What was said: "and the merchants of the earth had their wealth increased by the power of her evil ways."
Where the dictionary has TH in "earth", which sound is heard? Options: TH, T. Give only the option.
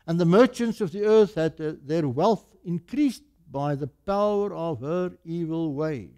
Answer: TH